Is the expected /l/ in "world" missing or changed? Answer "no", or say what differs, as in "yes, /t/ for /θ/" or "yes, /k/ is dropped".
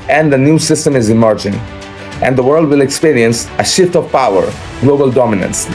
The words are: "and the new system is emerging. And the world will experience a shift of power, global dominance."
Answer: no